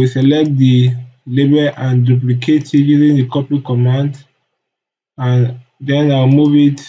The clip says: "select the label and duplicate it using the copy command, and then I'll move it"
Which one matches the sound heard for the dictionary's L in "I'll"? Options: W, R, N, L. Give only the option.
W